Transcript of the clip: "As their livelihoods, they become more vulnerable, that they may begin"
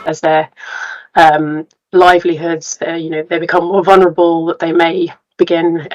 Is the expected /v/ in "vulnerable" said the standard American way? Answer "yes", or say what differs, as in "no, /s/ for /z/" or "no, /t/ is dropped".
yes